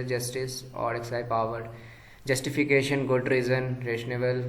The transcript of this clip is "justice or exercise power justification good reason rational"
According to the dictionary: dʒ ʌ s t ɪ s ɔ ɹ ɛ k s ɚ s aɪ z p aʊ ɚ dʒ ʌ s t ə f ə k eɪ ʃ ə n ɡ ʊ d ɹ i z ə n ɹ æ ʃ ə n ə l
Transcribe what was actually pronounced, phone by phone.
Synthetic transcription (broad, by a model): dʒ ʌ s t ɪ s ɔ ɹ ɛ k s s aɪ p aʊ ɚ dʒ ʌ s t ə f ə k eɪ ʃ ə n ɡ ʊ d ɹ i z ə n ɹ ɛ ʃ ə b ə l